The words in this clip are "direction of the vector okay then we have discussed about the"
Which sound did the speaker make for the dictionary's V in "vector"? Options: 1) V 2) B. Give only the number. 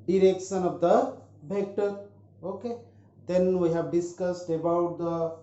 2